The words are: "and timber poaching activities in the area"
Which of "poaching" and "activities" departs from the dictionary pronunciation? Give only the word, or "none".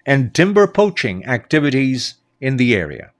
none